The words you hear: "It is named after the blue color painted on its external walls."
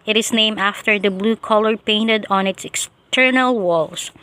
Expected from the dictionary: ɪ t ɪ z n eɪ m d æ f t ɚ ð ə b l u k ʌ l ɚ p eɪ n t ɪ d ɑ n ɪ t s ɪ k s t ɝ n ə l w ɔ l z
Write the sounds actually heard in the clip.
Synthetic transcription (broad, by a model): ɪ t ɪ s n eɪ m æ f t ɚ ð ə b l u k ʌ l ɚ p eɪ n t ɪ d ɑ n ɪ t s ɪ k s t ɝ n ə l w ɔ l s